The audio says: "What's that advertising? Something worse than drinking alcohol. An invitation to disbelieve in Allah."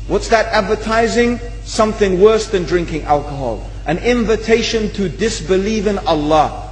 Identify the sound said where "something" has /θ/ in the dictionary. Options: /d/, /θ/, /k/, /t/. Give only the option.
/θ/